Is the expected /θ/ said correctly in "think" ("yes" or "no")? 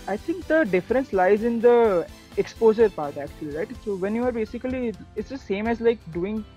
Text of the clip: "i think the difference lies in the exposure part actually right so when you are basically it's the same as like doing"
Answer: no